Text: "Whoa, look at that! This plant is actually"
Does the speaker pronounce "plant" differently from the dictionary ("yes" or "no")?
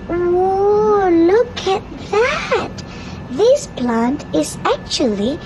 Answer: no